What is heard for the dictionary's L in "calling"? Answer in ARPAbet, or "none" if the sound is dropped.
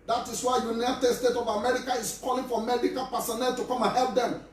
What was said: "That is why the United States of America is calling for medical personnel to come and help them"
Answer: L